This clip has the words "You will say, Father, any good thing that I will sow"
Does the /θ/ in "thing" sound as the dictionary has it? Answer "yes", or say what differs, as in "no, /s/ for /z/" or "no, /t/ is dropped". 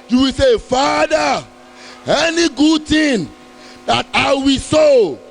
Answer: no, /t/ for /θ/